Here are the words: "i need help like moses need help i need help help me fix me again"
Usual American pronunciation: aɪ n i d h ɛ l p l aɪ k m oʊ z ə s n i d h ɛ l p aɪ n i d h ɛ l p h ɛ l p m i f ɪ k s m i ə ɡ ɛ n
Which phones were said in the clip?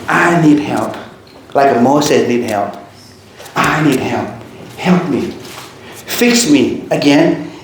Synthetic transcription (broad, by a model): aɪ n i d h ɛ l p l aɪ k m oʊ s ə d n i d h ɛ l p aɪ n i d h ɛ l p h ɛ l p m i f ɪ k s m i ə ɡ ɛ n